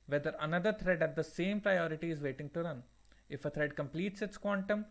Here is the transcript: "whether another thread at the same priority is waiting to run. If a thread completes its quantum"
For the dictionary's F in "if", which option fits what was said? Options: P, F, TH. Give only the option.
F